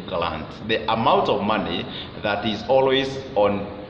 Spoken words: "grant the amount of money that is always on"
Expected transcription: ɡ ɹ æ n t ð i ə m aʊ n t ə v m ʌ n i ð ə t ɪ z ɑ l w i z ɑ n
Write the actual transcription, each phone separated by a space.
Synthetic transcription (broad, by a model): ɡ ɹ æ n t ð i ə m aʊ n t ə v m ʌ n i ð ə t ɪ z ɑ l w i z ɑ n